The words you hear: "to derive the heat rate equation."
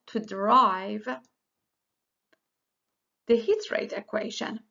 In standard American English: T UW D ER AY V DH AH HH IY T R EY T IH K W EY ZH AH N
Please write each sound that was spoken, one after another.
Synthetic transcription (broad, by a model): T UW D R AY V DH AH HH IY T R EY T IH K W EY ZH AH N